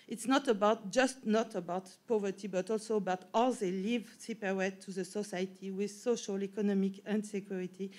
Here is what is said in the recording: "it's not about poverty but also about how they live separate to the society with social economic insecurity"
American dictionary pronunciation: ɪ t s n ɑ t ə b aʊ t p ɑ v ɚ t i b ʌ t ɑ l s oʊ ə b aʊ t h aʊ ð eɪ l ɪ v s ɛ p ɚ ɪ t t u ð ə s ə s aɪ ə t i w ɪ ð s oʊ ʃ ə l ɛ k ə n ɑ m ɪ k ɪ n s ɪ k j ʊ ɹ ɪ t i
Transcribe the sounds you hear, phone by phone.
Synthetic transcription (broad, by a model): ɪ t s n ɑ t ə b aʊ t p ɑ v ɚ t i b ʌ t ɑ l s oʊ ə b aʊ t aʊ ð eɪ l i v s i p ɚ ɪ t t u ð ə s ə s aɪ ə t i w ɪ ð s oʊ ʃ ə l ɛ k ə n ɑ m ɪ k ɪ n s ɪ k j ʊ ɹ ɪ t i